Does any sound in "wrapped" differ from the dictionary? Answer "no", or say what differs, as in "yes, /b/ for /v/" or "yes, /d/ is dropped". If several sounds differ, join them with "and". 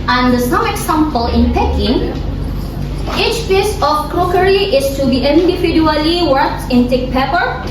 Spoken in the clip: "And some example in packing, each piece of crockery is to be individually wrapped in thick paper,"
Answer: yes, /w/ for /ɹ/